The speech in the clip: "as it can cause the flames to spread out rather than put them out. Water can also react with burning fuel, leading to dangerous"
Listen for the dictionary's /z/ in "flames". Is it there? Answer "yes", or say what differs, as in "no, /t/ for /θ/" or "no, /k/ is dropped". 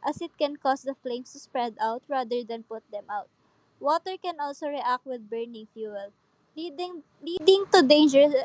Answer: no, /s/ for /z/